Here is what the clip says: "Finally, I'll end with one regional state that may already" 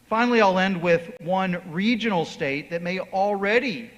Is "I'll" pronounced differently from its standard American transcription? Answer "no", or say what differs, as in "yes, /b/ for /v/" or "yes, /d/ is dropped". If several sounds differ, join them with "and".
no